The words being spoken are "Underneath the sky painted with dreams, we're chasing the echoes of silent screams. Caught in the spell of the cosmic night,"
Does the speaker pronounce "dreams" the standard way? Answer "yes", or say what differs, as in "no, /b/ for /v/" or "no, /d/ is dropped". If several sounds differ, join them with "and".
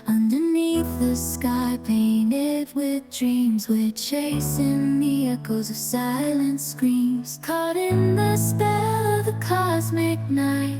yes